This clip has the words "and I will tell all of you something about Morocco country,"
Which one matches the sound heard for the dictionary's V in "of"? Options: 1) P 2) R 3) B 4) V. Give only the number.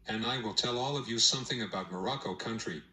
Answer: 4